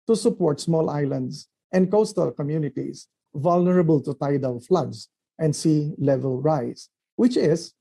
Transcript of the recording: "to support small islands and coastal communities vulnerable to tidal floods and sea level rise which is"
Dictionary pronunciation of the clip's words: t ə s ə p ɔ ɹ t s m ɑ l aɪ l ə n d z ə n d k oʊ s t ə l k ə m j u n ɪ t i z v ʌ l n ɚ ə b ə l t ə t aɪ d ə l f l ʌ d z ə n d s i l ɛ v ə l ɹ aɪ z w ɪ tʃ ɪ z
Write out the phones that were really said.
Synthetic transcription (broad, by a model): t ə s ə p ɔ ɹ t s m ɑ l aɪ l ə n d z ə n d k oʊ s t ə l k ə m j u n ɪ t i s v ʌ l n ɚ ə b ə l t ə t aɪ d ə w f l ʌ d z ə n d s i l ɛ v ə l ɹ aɪ s w ɪ tʃ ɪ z